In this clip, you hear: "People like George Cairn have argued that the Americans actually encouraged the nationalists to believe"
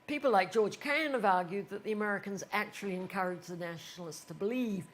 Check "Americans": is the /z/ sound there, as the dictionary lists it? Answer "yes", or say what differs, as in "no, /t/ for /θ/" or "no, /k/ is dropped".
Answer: yes